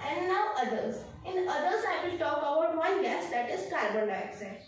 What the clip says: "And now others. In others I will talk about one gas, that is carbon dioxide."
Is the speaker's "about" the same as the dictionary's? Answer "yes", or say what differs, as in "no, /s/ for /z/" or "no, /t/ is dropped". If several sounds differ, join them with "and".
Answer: no, /b/ is dropped